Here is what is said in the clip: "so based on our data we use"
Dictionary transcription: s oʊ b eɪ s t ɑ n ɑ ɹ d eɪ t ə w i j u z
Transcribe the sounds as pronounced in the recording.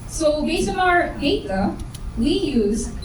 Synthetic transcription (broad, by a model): s oʊ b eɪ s ɑ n ɑ ɹ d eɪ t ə w i j u z